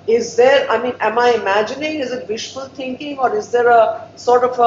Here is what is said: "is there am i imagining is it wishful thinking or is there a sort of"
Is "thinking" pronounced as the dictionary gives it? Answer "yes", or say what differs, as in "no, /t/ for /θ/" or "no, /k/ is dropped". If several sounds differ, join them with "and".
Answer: no, /t/ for /θ/